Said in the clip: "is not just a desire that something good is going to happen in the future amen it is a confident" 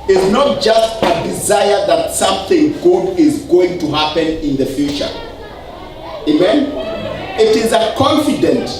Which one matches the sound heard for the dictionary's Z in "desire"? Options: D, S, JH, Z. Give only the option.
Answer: Z